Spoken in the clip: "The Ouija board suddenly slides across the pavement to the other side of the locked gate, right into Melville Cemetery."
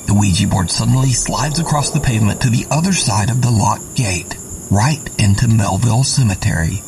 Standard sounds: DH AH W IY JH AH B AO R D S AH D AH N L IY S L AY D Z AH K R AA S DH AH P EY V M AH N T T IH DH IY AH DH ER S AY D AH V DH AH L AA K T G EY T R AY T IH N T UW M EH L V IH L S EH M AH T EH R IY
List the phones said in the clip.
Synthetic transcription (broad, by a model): DH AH W IY JH AH B AO R D S AH D N L IY S L AY D Z AH K R AA S DH AH P EY V M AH N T T IH DH IY AH DH ER S AY D AH V DH AH L AA T G EY T R AY T IH N T UW M EH L V IH L S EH M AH T EH R IY